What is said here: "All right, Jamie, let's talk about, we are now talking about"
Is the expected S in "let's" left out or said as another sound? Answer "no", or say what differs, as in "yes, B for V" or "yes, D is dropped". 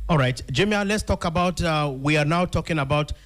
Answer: no